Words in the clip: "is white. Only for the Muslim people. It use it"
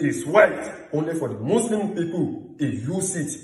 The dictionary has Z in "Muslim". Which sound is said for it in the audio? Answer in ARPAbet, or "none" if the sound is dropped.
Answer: S